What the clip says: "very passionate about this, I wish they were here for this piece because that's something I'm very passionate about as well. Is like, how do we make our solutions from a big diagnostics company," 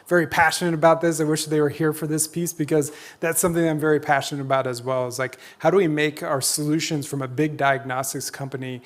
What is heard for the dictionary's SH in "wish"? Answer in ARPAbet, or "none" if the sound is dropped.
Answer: SH